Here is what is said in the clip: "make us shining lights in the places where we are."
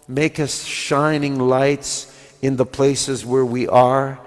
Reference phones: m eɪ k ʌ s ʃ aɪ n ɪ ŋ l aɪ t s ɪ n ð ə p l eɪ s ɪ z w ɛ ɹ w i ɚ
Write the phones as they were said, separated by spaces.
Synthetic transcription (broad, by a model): m eɪ k ʌ s ʃ aɪ n ɪ ŋ l aɪ t s ɪ n ð ə p l eɪ s ɪ z w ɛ ɹ w i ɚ